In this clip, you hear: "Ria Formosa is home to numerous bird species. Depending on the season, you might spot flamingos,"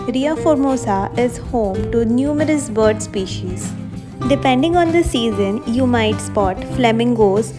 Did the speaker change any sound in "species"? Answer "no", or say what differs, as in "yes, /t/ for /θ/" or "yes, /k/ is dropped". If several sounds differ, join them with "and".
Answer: no